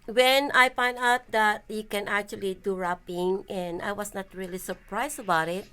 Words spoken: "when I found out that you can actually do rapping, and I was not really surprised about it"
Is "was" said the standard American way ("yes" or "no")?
no